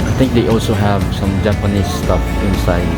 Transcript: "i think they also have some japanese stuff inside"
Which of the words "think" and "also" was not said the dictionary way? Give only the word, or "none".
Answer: think